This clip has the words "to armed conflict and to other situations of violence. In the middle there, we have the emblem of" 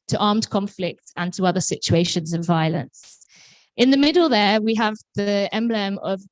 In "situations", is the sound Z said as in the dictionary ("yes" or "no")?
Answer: yes